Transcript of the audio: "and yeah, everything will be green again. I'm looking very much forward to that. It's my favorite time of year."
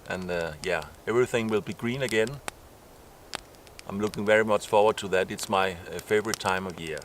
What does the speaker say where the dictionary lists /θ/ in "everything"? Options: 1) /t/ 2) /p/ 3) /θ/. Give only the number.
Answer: 3